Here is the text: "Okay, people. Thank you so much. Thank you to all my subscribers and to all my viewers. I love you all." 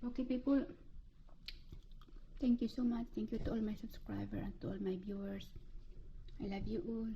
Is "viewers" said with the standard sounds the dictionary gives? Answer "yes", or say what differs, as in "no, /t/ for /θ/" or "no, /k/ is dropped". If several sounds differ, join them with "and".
no, /b/ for /v/ and /s/ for /z/